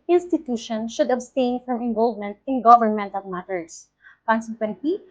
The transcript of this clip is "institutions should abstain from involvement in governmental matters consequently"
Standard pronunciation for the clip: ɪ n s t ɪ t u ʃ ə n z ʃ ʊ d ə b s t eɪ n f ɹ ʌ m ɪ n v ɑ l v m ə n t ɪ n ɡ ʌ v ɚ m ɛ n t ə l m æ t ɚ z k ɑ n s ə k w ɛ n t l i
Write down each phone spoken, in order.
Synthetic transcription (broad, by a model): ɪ n s t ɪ t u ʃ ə n ʃ ʊ d ə b s t eɪ n f ɹ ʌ m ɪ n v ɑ l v m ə n t ɪ n ɡ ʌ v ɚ m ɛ n t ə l m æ t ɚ s k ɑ n s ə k w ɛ n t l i